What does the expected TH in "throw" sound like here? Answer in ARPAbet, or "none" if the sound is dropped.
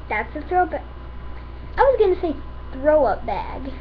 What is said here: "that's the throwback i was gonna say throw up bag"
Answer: TH